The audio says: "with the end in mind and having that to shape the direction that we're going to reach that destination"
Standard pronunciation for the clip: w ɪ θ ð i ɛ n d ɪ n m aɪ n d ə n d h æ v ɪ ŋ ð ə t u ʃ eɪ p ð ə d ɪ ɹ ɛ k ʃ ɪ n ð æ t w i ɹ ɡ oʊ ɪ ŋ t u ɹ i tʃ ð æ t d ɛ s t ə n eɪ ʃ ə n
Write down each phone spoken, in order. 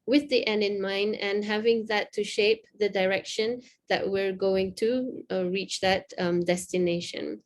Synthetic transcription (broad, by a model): w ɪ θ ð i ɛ n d ɪ n m aɪ n d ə n h æ v ɪ ŋ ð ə t u ʃ eɪ p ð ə d ɪ ɹ ɛ k ʃ ɪ n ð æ t w i ɹ ɡ oʊ ɪ ŋ t u ɹ i tʃ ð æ t d ɛ s t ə n eɪ ʃ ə n